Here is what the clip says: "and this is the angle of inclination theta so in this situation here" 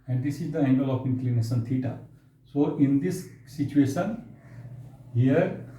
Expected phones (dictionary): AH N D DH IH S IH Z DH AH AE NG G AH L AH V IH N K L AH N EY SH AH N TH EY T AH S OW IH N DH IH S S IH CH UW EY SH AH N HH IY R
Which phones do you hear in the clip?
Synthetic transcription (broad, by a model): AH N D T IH S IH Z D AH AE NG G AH L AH P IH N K L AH N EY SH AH N T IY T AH S OW IH N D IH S S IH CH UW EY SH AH N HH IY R